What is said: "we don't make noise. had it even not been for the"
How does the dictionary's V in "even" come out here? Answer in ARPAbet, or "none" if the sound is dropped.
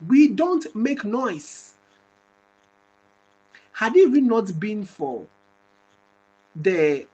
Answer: W